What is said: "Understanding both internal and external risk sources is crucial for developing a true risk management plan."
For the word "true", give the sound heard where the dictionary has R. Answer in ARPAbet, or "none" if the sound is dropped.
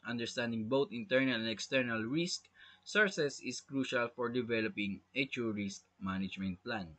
none